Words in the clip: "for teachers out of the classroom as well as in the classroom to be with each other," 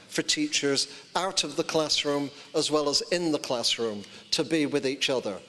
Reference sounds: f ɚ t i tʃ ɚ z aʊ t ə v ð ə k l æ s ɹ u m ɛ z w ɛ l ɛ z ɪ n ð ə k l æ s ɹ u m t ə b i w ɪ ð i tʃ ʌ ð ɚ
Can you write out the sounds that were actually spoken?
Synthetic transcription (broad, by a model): f ɚ t i tʃ ɚ z aʊ t ə v ð ə k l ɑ s ɹ u m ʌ z w ɛ l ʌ z ɪ n ð ə k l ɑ s ɹ u m t ə b i w ɪ ð i tʃ ʌ ð ɚ